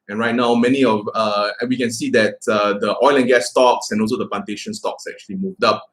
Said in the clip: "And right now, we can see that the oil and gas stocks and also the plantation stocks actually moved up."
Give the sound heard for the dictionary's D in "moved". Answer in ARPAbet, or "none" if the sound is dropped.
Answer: D